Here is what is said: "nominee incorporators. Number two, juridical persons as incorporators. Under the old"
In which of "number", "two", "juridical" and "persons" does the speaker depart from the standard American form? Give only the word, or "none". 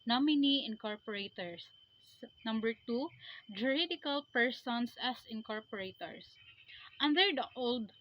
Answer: persons